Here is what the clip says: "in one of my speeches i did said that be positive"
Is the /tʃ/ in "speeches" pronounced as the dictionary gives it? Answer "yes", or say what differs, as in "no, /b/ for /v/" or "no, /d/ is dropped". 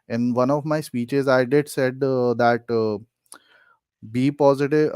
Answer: yes